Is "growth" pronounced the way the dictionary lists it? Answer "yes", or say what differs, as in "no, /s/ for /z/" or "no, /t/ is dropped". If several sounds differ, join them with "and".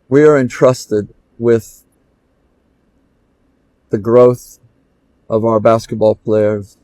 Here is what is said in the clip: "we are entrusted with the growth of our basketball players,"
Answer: yes